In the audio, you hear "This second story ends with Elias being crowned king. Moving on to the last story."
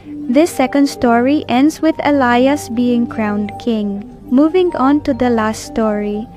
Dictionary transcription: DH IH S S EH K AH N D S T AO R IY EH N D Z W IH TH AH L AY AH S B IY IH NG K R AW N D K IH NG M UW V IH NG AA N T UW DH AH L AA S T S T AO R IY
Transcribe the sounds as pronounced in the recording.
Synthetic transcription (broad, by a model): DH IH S S EH K AH N D S T AO R IY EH N D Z W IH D AH L AY AH S B IY IH NG K R AW N D K IH NG M UW V IH NG AA N T UW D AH L AA S T S T AO R IY